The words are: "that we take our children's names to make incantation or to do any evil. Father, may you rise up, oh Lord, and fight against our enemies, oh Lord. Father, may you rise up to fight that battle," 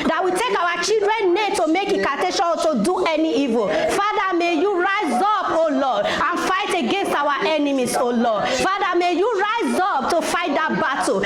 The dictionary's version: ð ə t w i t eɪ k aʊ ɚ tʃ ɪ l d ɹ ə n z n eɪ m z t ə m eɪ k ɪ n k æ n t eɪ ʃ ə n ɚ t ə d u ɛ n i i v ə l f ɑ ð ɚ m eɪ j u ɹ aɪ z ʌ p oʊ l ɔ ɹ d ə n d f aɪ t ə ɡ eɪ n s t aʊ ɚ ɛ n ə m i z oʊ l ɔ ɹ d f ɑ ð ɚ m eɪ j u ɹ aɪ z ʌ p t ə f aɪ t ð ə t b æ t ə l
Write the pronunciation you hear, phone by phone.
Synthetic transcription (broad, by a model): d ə t w i t eɪ k aʊ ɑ tʃ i l d ɹ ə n n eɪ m t ə m eɪ k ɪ k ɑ t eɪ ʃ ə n t ə d u ɛ n i i v ə l f ɑ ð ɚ m eɪ j u ɹ aɪ z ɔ p oʊ l ɔ d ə n f aɪ t ə ɡ eɪ n s t aʊ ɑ ɛ n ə m i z oʊ l ɔ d f ɑ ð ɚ m eɪ j u ɹ aɪ z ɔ p t ə f aɪ t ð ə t b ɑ t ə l